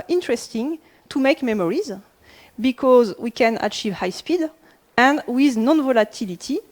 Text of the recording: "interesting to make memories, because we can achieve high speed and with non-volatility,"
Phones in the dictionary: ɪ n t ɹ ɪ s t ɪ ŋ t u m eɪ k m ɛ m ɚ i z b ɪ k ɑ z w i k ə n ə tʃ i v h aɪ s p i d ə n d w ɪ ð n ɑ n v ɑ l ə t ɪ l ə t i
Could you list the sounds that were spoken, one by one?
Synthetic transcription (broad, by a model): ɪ n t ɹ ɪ s t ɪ ŋ t u m eɪ k m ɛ m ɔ i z b ɪ k ɑ z w i k ə n ə tʃ i v h aɪ s p i d ə n d w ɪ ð n ɑ n v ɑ l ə t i l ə t i